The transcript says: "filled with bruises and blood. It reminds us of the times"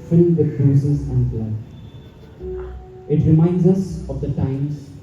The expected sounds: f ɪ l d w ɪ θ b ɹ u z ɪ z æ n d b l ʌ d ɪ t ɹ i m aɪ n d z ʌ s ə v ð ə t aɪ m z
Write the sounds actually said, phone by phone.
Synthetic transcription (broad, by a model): f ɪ l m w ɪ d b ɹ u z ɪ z æ n d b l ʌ ɪ t ɹ i m aɪ n d z ʌ s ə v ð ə t aɪ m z